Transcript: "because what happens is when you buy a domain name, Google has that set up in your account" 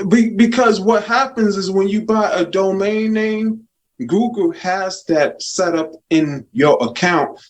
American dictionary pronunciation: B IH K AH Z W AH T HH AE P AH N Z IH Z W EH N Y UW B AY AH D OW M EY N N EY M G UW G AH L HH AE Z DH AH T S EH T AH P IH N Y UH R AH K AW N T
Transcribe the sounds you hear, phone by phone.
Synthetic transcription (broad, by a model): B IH K AH Z W AH T HH AE P AH N Z IH Z W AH N Y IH B AY AH D OW M EY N N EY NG G UW G L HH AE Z DH AH T S EH T AH P IH N Y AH R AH K AW N T